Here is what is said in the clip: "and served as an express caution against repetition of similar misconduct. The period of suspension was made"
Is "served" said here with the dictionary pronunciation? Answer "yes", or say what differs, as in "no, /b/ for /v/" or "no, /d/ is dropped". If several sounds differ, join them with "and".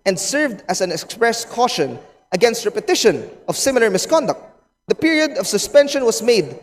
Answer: yes